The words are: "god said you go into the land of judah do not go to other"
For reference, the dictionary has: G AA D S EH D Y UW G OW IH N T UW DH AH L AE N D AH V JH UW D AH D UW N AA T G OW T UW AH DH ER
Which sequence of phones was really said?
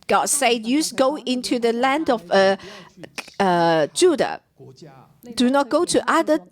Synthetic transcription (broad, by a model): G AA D S EH D Y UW G OW IH N T UW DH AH L AE N D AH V JH UW D AH D UW N AA T G OW T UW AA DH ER